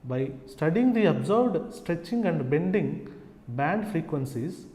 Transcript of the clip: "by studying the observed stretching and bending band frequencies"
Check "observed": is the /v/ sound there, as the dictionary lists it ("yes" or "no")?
no